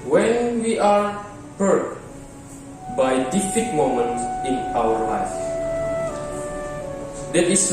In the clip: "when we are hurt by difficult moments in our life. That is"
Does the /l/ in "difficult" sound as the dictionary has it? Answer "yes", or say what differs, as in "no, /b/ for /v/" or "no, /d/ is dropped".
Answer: no, /l/ is dropped